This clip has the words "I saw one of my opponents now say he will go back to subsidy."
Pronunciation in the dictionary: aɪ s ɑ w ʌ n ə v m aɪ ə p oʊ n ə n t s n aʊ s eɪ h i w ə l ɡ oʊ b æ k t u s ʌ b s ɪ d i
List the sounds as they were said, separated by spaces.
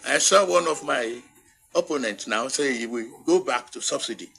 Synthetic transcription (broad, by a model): aɪ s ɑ w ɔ n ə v m aɪ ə p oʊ n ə n t n aʊ s eɪ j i w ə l ɡ oʊ b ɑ k t u s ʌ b s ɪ d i